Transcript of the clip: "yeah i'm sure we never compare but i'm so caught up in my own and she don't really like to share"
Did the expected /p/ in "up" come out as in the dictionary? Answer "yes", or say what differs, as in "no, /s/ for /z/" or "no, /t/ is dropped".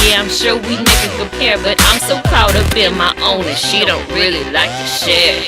no, /b/ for /p/